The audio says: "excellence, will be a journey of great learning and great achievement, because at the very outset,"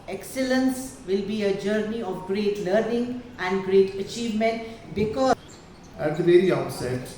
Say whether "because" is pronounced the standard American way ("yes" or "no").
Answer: no